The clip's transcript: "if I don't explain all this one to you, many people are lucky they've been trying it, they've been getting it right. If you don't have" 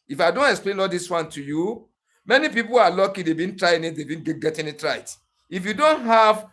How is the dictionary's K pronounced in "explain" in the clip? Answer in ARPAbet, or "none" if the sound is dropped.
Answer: K